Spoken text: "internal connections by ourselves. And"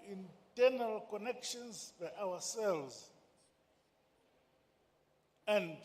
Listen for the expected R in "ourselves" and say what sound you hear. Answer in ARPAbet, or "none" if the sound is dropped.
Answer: W